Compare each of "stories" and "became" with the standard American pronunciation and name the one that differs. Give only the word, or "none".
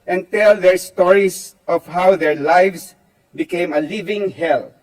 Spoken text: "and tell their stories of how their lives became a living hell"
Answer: stories